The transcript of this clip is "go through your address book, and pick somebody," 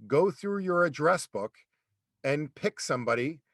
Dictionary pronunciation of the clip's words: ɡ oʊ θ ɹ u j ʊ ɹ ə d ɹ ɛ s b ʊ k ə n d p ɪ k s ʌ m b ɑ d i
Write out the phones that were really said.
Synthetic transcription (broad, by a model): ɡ oʊ θ ɹ u j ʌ ɹ ə d ɹ ɛ s b ʊ k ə n p ɪ k s ʌ m b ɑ d i